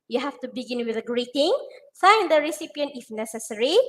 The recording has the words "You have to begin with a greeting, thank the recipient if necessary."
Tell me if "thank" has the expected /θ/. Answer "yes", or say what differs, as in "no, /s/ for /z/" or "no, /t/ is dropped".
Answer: no, /f/ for /θ/